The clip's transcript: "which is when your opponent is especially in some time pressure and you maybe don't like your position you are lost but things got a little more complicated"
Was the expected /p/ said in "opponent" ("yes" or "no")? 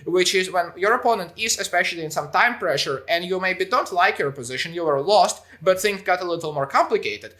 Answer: yes